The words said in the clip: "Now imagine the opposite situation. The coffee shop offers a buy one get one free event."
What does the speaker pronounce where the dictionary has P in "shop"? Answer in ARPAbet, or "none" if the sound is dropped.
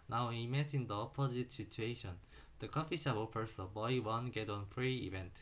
B